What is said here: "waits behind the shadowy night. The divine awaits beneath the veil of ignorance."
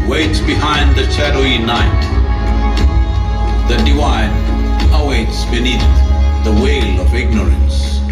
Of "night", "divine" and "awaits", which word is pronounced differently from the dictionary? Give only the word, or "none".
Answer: divine